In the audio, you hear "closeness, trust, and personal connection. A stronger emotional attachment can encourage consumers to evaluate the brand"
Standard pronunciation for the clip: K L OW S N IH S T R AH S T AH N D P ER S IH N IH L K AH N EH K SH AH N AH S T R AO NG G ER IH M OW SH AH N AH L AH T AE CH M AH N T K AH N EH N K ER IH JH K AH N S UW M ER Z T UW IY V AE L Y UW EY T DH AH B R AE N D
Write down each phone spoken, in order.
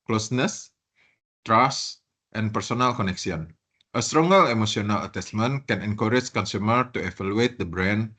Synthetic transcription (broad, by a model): K L OW S N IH S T R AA S T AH N P ER S IH N IH L K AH N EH K S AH N AH S T R AO NG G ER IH M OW S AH N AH L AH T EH S M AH N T K AH N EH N K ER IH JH K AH N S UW M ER T UW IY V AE L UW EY T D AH B R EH N